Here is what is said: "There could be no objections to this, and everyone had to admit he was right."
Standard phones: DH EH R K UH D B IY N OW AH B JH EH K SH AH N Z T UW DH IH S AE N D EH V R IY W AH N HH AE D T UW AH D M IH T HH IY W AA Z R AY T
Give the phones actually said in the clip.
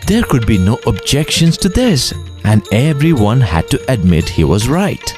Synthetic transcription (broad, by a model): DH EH R K UH D B IY N OW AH B JH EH K SH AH N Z T UW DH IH S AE N D EH V R IY W AH N HH AE D T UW AH D M IH T HH IY W AA Z R AY T